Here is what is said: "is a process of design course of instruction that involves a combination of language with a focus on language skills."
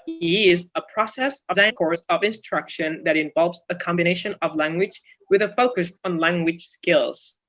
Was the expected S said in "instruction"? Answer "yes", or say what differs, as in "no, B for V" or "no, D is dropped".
yes